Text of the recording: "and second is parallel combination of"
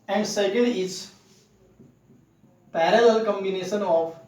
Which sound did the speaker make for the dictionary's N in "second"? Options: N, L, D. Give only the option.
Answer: L